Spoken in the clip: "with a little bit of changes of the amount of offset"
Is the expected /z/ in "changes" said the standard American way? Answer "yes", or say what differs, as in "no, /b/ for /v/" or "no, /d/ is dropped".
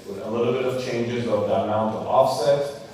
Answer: yes